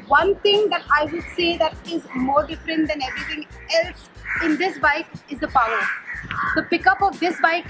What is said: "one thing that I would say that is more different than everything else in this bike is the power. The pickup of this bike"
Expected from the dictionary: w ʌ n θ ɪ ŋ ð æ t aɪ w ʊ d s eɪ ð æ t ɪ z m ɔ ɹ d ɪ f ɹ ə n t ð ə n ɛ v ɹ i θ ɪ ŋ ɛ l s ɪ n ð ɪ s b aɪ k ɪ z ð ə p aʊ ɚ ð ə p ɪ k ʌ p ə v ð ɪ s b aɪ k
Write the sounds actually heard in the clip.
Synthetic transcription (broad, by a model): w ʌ n t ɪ ŋ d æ t aɪ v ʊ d s eɪ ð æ t ɪ z m ɔ ɹ d ɪ f ɹ ə n t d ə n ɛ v ɹ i t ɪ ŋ ɛ l s ɪ n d ɪ s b aɪ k ɪ z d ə p aʊ ɚ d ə p ɪ k ʌ p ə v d ɪ s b aɪ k